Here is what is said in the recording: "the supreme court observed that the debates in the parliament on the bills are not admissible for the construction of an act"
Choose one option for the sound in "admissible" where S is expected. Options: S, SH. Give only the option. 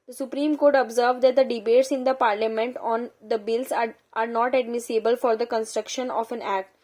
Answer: S